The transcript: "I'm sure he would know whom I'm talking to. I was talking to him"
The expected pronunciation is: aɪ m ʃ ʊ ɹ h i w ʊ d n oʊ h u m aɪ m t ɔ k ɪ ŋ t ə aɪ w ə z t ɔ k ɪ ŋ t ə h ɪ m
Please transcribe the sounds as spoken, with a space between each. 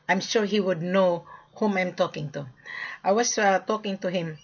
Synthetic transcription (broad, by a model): aɪ m ʃ ʊ ɹ h i w ʊ d n oʊ h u m aɪ m t ɔ k ɪ ŋ t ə aɪ w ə s t ɔ k ɪ ŋ t ə h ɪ m